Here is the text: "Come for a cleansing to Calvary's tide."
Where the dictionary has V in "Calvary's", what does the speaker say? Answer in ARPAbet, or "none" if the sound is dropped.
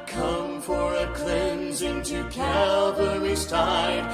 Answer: W